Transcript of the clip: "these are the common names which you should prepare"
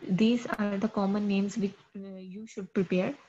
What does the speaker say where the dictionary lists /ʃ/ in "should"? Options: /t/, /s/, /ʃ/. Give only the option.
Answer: /ʃ/